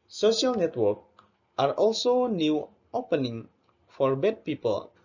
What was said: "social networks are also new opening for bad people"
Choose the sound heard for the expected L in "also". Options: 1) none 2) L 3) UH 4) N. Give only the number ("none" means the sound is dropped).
2